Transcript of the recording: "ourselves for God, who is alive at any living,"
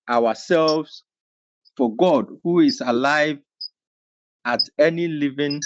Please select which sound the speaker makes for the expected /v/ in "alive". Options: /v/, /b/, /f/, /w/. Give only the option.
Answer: /v/